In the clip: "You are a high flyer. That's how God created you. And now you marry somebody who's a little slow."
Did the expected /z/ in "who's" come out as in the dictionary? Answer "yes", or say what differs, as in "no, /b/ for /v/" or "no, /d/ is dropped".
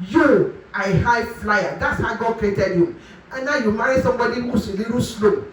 no, /s/ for /z/